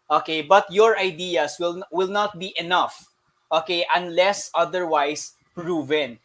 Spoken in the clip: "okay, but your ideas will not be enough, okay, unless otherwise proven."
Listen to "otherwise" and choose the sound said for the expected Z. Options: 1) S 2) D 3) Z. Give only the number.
1